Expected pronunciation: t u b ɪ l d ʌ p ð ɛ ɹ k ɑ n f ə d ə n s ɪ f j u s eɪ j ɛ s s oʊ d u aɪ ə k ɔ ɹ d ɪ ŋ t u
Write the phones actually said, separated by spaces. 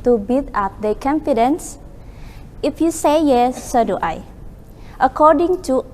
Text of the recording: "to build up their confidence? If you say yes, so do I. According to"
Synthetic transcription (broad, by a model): t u b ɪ d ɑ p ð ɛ k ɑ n f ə d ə n s ɪ f j u s eɪ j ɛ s s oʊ d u aɪ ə k ɔ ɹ d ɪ ŋ t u